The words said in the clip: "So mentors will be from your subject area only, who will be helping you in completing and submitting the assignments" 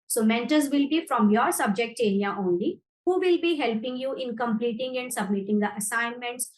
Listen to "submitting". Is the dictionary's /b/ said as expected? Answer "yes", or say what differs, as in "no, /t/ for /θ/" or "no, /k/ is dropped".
yes